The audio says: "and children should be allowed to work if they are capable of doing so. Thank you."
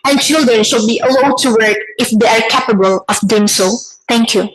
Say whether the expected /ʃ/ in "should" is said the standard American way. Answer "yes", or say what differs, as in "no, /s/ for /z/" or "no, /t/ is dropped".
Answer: yes